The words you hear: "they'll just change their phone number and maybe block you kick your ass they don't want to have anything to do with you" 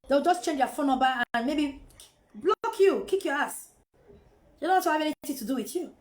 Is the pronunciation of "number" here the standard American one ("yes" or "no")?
no